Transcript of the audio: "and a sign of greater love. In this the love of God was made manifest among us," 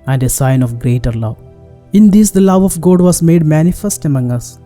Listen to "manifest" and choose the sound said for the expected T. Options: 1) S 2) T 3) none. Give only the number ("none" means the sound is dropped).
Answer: 2